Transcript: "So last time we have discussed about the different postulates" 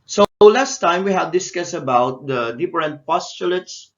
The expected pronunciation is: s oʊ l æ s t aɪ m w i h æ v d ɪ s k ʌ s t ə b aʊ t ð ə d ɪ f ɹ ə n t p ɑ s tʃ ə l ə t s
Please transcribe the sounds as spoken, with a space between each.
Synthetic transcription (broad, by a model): s oʊ l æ s t aɪ m w i h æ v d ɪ s k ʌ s ə b aʊ t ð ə d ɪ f ɹ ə n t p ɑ s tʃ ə l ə t s